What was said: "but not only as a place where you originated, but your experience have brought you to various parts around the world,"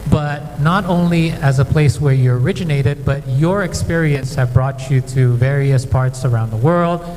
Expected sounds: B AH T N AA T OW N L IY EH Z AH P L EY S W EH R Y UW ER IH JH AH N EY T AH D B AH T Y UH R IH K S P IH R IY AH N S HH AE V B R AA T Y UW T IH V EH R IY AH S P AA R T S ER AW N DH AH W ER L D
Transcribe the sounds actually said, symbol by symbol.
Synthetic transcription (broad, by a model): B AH T N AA T OW N L IY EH Z AH P L EY S W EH R Y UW ER IH JH AH N EY T AH D B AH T Y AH R IH K S P IH R IY AH N S HH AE V B R AA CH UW T IH V EH R IY AH S P AA R T S ER AW N DH AH W ER L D